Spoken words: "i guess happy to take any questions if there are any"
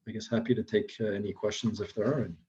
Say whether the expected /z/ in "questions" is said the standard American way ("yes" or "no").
yes